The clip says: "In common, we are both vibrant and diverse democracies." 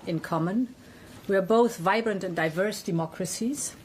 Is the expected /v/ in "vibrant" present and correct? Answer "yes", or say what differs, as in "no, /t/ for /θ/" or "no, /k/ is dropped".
yes